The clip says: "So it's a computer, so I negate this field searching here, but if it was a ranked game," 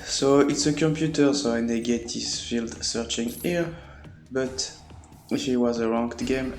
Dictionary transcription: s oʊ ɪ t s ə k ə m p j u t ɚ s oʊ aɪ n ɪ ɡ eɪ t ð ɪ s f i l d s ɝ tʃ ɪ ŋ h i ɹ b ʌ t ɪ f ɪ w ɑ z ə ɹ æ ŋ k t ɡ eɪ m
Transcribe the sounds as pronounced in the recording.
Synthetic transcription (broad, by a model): s oʊ ɪ t s ə k ə m p j u t ɚ s oʊ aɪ n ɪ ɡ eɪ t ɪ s f i l d s ɝ tʃ ɪ ŋ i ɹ b ʌ t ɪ f ɪ w ɑ z ə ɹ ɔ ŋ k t ɡ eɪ m